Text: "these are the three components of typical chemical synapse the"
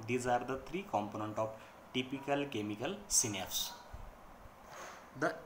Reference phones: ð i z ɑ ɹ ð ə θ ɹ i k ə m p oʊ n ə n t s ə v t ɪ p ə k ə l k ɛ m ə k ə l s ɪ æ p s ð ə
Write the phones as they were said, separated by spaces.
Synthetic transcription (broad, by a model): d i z ɑ ɹ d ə t ɹ i k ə m p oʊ n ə n t ə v t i p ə k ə l k ɛ m ə k ə l s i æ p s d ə